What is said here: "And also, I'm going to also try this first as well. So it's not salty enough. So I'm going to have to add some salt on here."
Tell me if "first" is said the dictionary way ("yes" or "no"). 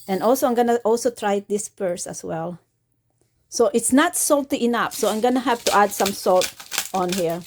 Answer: no